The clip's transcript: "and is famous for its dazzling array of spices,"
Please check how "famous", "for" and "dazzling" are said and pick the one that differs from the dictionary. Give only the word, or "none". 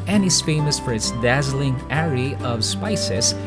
none